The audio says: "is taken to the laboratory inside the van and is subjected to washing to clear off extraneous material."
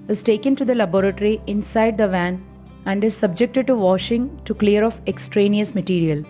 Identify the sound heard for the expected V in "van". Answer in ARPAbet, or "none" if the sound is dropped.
V